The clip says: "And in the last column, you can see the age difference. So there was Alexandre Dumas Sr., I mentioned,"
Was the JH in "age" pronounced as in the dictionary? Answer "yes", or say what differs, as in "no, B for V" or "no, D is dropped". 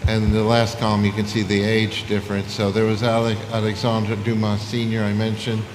yes